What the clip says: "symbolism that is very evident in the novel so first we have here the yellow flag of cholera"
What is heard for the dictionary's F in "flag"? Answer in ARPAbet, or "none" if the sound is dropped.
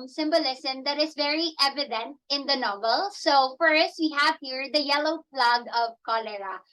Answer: P